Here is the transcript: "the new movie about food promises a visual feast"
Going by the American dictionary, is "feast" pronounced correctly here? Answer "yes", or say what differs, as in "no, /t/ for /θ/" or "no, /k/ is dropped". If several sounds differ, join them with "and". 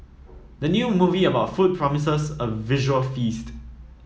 yes